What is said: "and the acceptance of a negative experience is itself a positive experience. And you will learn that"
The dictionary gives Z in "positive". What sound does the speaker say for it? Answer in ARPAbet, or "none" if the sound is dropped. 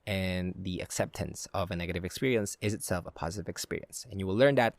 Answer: Z